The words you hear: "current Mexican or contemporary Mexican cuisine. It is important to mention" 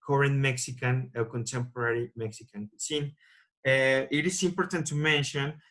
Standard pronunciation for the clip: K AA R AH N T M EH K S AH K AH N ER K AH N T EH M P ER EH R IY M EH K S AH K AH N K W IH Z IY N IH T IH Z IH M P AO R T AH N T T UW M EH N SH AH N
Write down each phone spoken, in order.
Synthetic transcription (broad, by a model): K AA R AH N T M EH K S AH K AH N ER K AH N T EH M P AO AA R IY M EH K S AH K AH N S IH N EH IH T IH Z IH M P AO R T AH N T T UW M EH N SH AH N